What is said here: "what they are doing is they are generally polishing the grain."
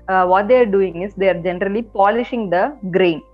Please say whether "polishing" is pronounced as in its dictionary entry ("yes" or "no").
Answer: yes